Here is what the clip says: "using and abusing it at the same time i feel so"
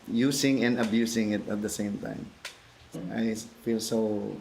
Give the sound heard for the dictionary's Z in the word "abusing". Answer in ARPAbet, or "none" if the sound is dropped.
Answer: S